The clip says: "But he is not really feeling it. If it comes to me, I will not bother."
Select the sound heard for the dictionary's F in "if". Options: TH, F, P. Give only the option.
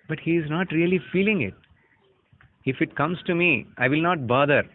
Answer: F